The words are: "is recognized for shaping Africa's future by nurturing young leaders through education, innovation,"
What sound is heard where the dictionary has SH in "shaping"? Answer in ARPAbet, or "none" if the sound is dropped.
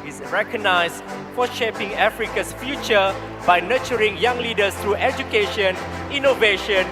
SH